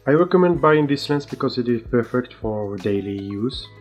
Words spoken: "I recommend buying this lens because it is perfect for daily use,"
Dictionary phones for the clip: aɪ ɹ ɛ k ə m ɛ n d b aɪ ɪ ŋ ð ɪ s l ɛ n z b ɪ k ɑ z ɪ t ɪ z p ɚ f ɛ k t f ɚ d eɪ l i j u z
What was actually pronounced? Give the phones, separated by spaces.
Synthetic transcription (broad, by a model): aɪ ɹ ɛ k ə m ɛ n d b aɪ ɪ ŋ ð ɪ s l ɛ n s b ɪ k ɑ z ɪ t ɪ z p ɚ f ɛ k t f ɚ d eɪ l i j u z